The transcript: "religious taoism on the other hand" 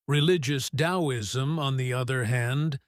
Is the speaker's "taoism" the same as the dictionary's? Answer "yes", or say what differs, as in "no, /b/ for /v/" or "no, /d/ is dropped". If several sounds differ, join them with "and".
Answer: yes